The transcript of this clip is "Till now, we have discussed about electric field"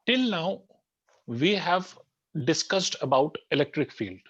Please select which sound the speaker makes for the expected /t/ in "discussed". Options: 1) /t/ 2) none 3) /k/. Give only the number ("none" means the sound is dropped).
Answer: 1